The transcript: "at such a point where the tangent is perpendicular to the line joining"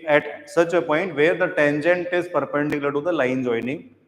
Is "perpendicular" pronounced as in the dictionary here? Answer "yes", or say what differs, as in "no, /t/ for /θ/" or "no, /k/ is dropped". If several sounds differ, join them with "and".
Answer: no, /n/ is dropped